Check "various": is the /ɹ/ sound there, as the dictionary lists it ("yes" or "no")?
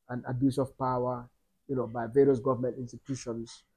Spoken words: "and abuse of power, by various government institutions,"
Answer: yes